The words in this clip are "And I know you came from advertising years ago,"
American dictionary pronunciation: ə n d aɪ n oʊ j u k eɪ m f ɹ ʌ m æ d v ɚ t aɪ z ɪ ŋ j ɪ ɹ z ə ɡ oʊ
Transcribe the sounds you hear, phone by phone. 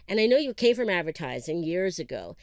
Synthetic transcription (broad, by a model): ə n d aɪ n oʊ j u k eɪ m f ɹ ʌ m æ d v ɚ t aɪ z ɪ ŋ j ɪ ɹ z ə ɡ oʊ